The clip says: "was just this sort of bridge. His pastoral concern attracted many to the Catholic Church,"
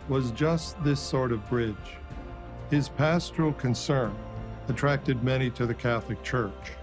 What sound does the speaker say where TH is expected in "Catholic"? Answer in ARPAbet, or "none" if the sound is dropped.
TH